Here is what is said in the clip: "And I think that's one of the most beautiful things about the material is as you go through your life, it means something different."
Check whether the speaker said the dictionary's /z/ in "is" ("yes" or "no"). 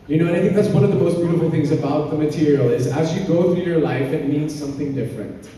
yes